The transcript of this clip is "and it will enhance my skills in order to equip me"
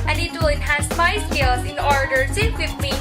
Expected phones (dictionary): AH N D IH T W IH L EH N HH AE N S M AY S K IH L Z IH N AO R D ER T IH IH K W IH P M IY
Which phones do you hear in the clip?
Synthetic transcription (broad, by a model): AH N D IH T W IH L EH N HH AE N S M AY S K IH L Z IH N AO R D ER S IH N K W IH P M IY